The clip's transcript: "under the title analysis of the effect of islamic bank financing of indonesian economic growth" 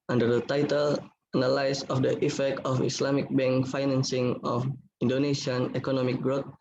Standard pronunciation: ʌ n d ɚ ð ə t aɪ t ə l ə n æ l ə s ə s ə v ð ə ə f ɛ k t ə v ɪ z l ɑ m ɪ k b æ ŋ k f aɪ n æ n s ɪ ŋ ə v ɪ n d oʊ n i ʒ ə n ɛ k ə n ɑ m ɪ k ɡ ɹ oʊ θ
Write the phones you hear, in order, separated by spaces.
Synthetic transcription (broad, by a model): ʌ n d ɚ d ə t aɪ t ə l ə n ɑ l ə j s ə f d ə ə f ɛ k t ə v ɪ s l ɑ m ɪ k b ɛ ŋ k f aɪ n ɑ n s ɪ ŋ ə f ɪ n d oʊ n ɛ ʃ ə n ɛ k ə n ɑ m ɪ k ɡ ɹ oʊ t